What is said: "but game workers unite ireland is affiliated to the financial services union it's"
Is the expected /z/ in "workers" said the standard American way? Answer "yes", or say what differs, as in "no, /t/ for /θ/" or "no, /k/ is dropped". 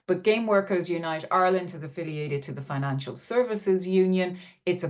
yes